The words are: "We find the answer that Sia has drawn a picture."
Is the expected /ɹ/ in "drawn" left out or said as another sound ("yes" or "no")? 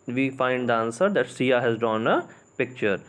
yes